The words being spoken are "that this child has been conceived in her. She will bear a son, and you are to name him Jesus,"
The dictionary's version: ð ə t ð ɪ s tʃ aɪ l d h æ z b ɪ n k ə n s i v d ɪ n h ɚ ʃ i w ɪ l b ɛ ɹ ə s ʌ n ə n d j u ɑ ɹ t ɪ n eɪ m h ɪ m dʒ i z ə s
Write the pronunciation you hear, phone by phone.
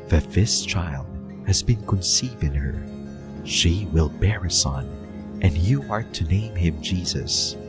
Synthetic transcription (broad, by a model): ð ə t ð ɪ s tʃ aɪ l d h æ z b ɪ n k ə n s i v ɪ n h ɚ ʃ i w ɪ l b ɛ ɹ ə s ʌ n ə n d j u ɑ ɹ t ɪ n eɪ m h ɪ m dʒ i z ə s